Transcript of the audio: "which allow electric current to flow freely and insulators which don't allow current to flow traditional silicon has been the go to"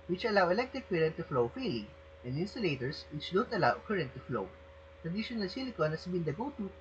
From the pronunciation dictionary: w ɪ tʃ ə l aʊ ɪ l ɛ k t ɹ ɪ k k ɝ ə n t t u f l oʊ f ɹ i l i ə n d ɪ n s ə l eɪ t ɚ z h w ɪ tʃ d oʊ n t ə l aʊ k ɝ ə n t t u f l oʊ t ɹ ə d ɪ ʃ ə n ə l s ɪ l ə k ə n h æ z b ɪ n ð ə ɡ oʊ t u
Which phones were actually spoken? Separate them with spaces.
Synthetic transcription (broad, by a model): w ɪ tʃ ə l aʊ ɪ l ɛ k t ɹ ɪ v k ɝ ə n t t u f l oʊ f i l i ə n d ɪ n s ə l eɪ t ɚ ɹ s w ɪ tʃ d oʊ n t ə l aʊ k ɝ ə n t t u f l oʊ t ɹ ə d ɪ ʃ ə n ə l s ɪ l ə k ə n h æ s b ɪ n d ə ɡ oʊ t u